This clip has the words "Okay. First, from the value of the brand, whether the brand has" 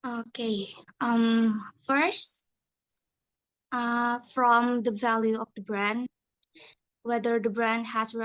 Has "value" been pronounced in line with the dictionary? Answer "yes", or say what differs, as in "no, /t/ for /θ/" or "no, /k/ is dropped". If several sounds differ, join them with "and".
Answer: yes